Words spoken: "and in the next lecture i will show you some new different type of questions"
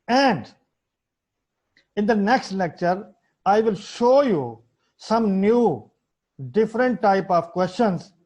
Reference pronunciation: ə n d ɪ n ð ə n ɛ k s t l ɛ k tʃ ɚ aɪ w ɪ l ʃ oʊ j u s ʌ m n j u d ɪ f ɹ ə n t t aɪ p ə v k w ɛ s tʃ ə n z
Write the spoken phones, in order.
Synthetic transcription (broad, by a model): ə n d ɪ n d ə n ɛ k s t l ɛ k tʃ ɚ aɪ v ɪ l ʃ oʊ j u s ʌ m n j u d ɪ f ɹ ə n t t aɪ p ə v k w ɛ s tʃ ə n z